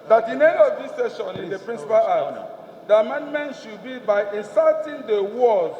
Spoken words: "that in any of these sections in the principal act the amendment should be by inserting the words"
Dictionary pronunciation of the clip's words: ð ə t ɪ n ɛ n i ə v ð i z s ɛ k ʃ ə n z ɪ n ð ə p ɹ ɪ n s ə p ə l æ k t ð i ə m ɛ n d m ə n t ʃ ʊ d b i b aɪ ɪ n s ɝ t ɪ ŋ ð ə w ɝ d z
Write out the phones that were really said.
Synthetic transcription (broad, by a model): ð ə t ɪ n ɛ n i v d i s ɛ ʃ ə n ɪ n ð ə p ɹ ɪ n s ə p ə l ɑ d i ə m ɛ n d m ə n t ʃ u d b i b aɪ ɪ n s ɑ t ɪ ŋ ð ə w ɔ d